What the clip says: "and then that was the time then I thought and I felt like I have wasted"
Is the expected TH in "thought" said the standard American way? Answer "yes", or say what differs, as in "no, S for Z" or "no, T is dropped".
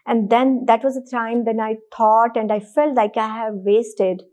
no, T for TH